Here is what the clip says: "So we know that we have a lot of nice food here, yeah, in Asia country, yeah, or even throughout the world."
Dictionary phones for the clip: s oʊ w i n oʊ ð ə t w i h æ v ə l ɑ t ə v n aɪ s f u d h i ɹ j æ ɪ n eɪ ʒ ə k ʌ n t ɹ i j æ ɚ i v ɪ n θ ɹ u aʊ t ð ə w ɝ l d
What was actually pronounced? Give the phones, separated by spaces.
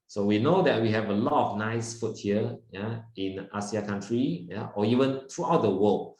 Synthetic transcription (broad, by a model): s oʊ w i n oʊ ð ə t w i h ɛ v ə l ɑ t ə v n aɪ s f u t h i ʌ j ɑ ɪ n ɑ s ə k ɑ n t ɹ i j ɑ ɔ i v ɪ n t ɹ u aʊ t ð ə w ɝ l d